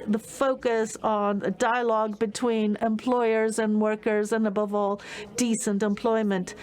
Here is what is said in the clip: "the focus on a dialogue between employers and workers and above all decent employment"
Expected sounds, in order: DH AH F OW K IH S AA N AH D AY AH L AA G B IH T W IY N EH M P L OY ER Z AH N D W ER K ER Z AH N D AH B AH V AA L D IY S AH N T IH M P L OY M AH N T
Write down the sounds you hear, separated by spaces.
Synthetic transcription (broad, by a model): DH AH F OW K IH S N AH D AY AH L AA G B IH T W IY N EH M P L OY ER Z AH N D W ER K ER Z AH N AH B AH V AA L D IY S AH N T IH M P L OY M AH N T